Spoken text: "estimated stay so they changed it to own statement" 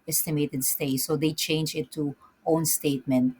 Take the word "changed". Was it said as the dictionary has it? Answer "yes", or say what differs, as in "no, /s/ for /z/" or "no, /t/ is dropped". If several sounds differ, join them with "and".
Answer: no, /d/ is dropped